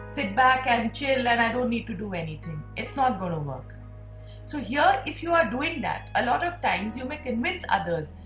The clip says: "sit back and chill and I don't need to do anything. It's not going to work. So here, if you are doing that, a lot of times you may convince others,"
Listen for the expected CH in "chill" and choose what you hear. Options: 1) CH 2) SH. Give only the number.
1